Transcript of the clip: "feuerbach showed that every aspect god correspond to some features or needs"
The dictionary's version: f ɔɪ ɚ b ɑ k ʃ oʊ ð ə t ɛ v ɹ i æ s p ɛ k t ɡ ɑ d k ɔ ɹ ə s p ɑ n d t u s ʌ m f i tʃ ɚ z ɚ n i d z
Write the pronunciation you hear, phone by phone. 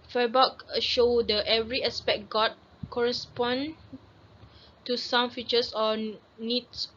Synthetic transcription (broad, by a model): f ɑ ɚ b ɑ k ʃ oʊ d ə t ɛ v ɹ i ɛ s p ɛ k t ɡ ɑ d k ɔ ɹ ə s p ɑ n t u s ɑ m f i tʃ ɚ s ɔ n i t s